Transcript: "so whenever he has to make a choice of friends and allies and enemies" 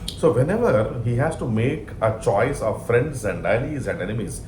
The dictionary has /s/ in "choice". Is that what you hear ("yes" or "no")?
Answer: yes